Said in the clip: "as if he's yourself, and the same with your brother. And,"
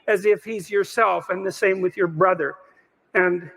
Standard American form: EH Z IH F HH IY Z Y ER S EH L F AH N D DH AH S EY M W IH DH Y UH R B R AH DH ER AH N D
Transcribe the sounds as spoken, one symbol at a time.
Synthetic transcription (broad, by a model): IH Z IH F HH IY Z Y ER S EH L F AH N DH AH S EY M W IH DH Y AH R B R AH DH ER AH N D